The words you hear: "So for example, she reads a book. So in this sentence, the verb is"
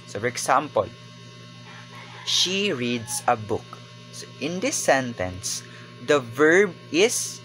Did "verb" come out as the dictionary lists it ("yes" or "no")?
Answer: yes